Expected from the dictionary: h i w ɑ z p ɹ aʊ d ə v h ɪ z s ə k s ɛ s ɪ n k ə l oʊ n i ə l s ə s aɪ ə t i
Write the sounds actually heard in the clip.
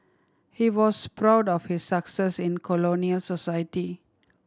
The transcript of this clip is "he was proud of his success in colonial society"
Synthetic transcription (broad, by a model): h i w ɑ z p ɹ aʊ d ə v h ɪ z s ə k s ɛ s ɪ n k ə l oʊ n i ə l s ə s aɪ ə t i